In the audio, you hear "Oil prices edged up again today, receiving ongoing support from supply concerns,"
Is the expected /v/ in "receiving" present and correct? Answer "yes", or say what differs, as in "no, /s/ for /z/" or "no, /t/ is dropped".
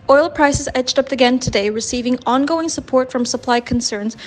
yes